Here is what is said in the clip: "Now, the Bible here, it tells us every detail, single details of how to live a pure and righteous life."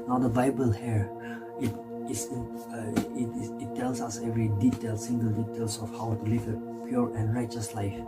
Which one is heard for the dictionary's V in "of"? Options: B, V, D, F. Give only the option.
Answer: F